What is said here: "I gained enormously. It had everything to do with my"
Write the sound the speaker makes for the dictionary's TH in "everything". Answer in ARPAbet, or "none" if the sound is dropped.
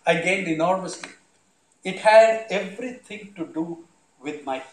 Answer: T